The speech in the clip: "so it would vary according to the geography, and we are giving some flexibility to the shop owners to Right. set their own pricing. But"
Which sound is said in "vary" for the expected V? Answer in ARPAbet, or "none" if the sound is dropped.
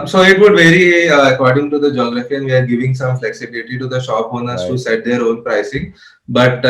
V